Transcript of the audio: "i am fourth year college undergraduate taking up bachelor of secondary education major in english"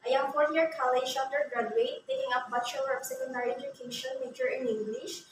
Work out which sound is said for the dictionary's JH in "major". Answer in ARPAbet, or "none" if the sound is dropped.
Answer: CH